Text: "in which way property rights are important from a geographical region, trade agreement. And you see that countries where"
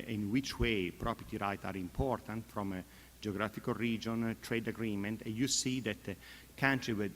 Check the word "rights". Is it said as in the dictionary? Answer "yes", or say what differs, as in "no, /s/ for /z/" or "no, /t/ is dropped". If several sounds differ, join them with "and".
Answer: no, /s/ is dropped